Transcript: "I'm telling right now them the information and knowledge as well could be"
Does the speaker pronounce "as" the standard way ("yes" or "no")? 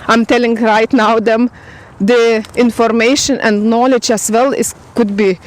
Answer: no